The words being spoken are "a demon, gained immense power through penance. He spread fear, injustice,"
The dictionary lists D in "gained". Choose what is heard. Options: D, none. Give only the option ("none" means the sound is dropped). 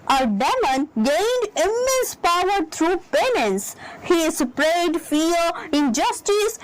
D